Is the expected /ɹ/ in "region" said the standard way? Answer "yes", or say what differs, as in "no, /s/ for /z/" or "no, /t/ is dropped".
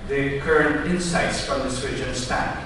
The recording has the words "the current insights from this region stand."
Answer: no, /w/ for /ɹ/